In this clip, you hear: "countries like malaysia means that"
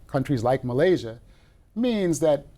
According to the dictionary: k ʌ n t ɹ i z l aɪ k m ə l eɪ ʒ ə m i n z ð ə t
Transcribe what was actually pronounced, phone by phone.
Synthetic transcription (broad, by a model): k ʌ n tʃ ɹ i z l aɪ k m ə l eɪ ʒ ə m i n z ð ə t